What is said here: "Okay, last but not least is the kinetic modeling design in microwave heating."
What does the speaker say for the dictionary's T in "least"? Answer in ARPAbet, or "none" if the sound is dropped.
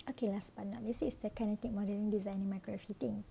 none